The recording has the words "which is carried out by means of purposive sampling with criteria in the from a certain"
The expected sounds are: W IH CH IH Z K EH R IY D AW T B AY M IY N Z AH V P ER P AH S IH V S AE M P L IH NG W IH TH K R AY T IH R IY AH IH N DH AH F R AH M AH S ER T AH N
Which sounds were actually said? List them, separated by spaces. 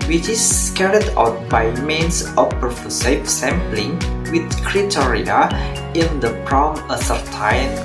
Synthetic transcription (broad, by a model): W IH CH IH S K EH R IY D AW T B AY M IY N S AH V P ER F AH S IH P S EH M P L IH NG W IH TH K R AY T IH R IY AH IH N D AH P R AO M AH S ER T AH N